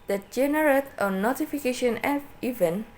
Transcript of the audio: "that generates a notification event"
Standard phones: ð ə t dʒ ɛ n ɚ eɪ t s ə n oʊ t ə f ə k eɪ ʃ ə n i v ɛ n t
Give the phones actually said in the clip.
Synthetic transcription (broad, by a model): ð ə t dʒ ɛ n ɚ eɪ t ə n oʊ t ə f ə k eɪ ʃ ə n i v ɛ n